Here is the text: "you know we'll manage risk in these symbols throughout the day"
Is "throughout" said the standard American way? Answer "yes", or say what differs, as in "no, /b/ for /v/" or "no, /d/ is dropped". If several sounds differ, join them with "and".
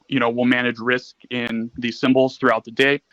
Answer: yes